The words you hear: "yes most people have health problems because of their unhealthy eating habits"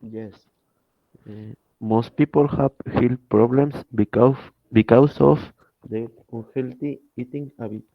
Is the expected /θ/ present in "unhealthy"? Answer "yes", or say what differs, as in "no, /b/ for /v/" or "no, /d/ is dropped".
no, /t/ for /θ/